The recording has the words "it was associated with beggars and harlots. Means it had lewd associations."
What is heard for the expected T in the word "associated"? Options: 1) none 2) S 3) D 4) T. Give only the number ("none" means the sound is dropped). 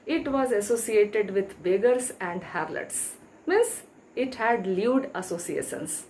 4